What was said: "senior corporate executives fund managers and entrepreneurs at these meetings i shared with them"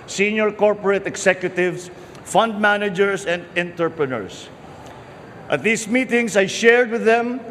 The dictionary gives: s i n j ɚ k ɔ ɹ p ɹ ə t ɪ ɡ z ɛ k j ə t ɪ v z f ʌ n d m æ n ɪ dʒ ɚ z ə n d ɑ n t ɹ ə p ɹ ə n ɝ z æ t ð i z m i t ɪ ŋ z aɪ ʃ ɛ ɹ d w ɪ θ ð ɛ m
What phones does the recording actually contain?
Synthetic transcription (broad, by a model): s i n j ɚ k ɔ ɹ p ɹ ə t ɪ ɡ s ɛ k j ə t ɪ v s f ʌ n d m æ n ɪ dʒ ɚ s ə n d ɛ n t ɹ p ɹ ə n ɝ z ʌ t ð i s m i t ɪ ŋ s aɪ ʃ ɛ ɹ d w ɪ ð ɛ m